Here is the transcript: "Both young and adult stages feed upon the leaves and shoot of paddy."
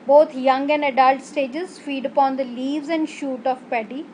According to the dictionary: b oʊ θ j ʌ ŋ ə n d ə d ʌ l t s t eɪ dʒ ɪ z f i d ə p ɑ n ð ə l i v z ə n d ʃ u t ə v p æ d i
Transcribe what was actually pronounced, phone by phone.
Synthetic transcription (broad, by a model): b oʊ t j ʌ ŋ ə n d ə d ʌ l t s t eɪ dʒ ɪ z f i d ə p ɑ n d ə l i v z ə n d ʃ u t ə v p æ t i